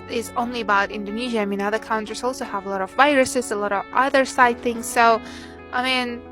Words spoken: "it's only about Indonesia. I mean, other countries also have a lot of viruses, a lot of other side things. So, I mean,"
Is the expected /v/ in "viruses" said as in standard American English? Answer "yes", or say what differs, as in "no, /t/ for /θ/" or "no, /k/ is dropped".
yes